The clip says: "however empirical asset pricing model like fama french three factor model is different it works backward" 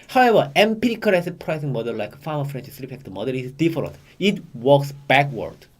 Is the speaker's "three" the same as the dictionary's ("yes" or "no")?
no